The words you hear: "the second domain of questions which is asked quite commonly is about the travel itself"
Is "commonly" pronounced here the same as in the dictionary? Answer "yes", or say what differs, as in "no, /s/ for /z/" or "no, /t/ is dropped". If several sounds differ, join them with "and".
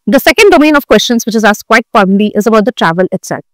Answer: no, /n/ is dropped